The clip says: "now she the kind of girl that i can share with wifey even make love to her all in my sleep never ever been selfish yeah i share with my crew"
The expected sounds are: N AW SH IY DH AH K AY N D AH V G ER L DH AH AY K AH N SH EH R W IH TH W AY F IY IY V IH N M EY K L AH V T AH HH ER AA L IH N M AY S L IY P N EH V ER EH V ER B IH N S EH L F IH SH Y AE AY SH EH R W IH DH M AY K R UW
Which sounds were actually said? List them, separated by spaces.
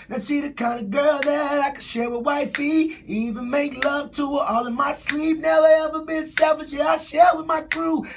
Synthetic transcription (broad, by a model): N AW S IY DH AH K AY N D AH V G ER L DH AH AY K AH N SH EH R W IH W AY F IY IY V IH N M EY K L AH V T AH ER AA L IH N M AY S L IY P N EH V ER EH V ER B IH N S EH L F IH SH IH AY SH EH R W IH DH M AY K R UW